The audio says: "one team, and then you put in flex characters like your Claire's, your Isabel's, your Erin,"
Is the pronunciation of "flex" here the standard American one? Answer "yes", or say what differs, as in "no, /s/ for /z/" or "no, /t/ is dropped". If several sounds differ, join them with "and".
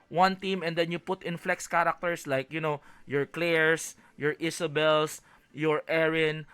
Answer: yes